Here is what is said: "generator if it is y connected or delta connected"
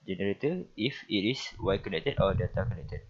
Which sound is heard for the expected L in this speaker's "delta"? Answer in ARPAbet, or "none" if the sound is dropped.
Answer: none